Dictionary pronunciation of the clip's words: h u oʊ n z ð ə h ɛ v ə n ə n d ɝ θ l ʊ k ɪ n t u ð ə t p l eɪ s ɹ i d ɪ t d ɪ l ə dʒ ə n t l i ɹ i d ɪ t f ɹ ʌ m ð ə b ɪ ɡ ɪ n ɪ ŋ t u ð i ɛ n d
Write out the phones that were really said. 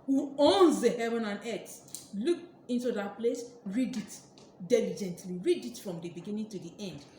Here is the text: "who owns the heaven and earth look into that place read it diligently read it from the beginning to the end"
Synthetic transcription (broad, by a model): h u oʊ n z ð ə h ɛ v ə n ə n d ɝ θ l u k ɪ n t u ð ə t p l eɪ s ɹ i d ɪ t d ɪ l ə dʒ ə n t l i ɹ i d ɪ t f ɹ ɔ m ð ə b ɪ ɡ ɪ n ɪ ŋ t u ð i ɛ n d